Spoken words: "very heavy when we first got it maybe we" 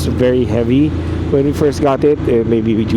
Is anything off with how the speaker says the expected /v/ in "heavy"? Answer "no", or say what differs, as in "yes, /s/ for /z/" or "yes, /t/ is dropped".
no